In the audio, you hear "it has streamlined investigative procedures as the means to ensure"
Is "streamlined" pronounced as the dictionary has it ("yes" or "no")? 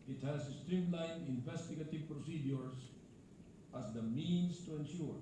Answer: no